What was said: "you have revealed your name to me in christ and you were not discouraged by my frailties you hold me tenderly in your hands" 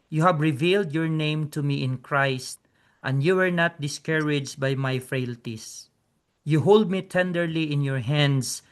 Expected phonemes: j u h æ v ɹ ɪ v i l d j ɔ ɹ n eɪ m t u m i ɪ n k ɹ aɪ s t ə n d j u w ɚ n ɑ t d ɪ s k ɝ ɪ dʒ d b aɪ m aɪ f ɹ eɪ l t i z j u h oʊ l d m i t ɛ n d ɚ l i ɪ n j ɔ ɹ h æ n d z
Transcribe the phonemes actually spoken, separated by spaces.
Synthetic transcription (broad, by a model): j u h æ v ɹ ɪ v i l d j ɔ ɹ n eɪ m t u m i ɪ n k ɹ aɪ s t ə n d j u w ɚ n ɑ t d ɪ s k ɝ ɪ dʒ b aɪ m aɪ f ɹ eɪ l t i s j u h oʊ l d m i t ɛ n d ɚ l i ɪ n j ɔ ɹ h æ n d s